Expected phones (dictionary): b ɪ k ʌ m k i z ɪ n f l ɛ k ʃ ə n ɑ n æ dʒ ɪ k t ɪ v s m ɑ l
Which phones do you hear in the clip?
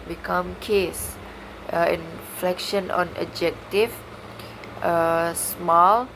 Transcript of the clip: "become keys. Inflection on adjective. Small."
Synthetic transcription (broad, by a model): b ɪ k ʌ m k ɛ s ɪ n f l ɛ k ʃ ə n ɑ n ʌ dʒ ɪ k t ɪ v s m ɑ l